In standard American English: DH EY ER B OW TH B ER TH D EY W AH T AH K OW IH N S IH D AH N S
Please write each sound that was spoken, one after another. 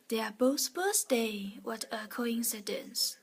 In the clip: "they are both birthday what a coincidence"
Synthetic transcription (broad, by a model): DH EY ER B OW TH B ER S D EY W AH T AH K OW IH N S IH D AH N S